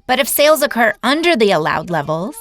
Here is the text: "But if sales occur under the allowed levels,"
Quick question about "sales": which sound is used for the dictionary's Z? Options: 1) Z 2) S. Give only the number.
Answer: 1